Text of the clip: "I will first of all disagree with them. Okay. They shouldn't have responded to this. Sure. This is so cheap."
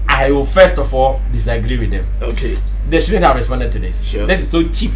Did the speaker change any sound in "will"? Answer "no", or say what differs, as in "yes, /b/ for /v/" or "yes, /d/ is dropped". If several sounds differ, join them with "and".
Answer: yes, /w/ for /l/